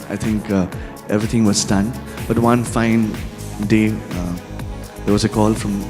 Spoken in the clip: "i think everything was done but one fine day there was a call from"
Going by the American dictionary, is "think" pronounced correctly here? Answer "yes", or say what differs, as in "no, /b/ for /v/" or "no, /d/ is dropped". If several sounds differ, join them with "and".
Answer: no, /t/ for /θ/